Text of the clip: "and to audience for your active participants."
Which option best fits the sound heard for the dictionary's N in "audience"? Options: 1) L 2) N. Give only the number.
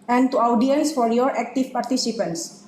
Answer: 1